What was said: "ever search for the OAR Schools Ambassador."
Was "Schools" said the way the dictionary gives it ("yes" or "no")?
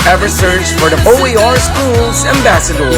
yes